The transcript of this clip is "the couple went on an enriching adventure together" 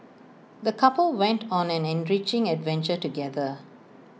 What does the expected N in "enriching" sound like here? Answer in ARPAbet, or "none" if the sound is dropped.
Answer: N